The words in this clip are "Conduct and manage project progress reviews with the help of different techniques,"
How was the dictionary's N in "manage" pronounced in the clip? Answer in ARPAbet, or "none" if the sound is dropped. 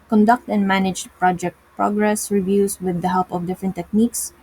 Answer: N